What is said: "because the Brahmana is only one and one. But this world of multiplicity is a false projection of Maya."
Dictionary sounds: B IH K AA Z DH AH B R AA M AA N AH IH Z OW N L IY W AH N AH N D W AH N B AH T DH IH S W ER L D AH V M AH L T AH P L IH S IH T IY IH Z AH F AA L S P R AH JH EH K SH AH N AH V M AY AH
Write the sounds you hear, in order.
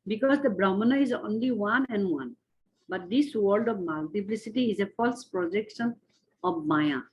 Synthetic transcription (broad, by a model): B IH K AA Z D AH B R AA M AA N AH IH Z OW N L IY W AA N AH N D W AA N B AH T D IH S W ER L D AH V M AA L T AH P L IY S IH T IY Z AH F AA L S P R AH JH EH K SH AH N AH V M AY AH